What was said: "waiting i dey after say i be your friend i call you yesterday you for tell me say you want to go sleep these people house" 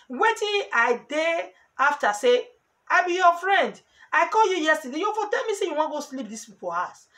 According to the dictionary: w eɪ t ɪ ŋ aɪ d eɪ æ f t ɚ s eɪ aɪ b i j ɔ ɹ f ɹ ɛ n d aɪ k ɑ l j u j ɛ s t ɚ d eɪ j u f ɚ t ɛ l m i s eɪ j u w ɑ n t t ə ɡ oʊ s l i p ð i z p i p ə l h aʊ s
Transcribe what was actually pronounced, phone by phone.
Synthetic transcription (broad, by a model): w eɪ t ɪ aɪ d eɪ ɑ f t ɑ s eɪ aɪ b i j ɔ f ɹ ɛ n d aɪ k ɑ l j u j ɛ s t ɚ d eɪ j u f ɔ t ɛ l m i s eɪ j u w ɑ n ɡ oʊ s l i p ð i s p i p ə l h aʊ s